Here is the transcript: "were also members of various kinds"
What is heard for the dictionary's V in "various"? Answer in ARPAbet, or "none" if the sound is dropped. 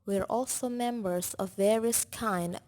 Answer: V